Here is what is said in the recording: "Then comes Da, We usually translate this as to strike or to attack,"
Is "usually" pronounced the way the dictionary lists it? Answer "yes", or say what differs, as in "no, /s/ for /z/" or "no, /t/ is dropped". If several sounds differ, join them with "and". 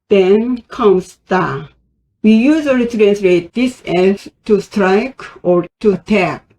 no, /z/ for /ʒ/